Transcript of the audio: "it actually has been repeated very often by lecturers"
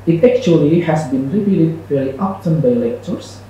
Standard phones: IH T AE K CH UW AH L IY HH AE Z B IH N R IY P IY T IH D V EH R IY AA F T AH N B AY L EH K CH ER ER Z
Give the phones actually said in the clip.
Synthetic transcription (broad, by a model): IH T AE K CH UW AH L IY HH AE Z B IH N R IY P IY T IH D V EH L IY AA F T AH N B AY L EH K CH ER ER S